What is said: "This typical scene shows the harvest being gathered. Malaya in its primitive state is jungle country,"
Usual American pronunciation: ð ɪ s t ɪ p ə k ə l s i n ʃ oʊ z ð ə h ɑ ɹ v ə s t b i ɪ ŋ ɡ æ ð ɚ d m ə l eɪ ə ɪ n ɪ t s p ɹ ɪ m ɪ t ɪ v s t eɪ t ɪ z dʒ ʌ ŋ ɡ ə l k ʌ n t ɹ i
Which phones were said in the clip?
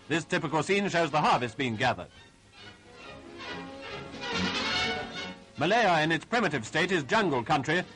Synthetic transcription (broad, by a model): ð ɪ s t ɪ p ə k ə l s i n ʃ oʊ z ð ə h ɑ ɹ v ə s t b i ɪ ŋ ɡ æ ð ɚ d m ə l eɪ ə ɪ n ɪ t s p ɹ ɪ m ɪ t ɪ v s t eɪ t ɪ z dʒ ʌ ŋ ɡ ə l k ʌ n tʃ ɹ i